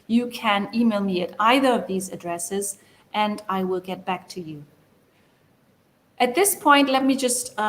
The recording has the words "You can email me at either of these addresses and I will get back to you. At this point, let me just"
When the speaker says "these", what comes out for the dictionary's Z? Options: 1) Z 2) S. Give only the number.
1